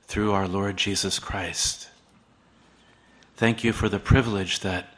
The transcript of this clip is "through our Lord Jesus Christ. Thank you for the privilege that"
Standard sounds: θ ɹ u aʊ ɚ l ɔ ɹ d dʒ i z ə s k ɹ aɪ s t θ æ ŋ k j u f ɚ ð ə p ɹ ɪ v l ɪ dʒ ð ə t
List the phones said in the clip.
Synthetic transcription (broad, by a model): θ ɹ u aʊ ɚ l ɔ ɹ d dʒ i z ə s k ɹ aɪ s t θ æ ŋ k j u f ɚ ð ə p ɹ ɪ v l ɪ dʒ ð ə t